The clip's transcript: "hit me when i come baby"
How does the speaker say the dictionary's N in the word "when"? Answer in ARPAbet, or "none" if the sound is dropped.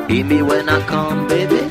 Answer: N